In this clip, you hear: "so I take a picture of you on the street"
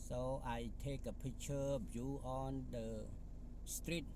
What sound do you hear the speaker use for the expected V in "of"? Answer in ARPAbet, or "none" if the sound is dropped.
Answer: B